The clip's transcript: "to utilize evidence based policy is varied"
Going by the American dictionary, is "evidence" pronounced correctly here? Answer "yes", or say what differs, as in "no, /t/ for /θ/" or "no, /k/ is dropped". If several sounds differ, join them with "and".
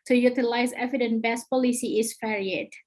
no, /s/ is dropped